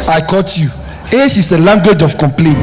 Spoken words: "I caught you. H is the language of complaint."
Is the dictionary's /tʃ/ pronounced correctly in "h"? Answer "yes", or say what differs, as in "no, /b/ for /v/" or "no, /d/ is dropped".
no, /ʃ/ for /tʃ/